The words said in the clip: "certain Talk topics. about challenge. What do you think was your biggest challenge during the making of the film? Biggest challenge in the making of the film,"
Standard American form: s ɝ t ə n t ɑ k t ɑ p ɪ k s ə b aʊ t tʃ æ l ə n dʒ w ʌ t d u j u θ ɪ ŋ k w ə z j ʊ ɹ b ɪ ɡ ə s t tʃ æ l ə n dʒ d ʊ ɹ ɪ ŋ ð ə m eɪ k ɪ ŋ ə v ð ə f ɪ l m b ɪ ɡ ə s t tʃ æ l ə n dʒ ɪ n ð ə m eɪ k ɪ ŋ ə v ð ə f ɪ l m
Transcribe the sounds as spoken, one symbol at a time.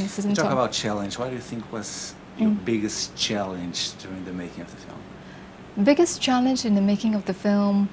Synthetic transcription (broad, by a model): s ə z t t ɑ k ə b aʊ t tʃ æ l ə n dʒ w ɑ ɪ d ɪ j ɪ θ ɪ ŋ k w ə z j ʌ ɹ b ɪ ɡ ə s tʃ æ l ə n dʒ d ʊ ɹ ɪ ŋ ð ə m eɪ k ɪ ŋ ə v ð ə f ɪ l m b ɪ ɡ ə s tʃ æ l ə n dʒ ɪ n ð ə m eɪ k ɪ ŋ ə v ð ə f ɪ l m